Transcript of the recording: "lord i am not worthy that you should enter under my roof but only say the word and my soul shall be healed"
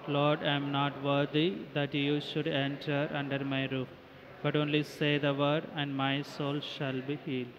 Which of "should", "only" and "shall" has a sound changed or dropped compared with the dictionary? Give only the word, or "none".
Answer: none